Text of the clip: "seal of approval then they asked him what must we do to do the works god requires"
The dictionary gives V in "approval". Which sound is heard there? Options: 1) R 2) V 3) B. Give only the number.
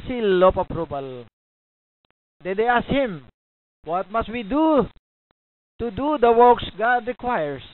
3